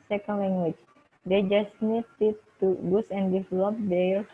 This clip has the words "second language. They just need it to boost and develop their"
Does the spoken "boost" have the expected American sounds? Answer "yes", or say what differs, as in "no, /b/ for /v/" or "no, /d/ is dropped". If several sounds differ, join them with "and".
no, /t/ is dropped